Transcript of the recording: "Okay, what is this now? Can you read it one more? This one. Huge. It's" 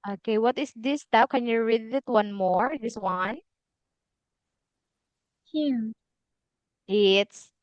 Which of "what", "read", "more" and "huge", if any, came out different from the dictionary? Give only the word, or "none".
huge